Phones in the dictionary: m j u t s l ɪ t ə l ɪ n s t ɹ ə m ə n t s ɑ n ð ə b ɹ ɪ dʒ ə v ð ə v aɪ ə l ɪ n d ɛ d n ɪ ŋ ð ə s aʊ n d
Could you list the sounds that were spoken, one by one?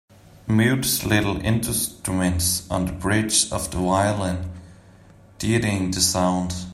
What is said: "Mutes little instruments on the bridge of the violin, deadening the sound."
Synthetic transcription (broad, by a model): m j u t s l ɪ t l ɪ n s t ɹ ə m ə n t s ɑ n ð ə b ɹ ɪ dʒ ə v ð ə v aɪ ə l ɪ n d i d ɪ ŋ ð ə s aʊ n d